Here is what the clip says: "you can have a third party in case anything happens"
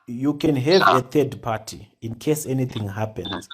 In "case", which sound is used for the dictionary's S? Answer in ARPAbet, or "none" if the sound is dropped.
S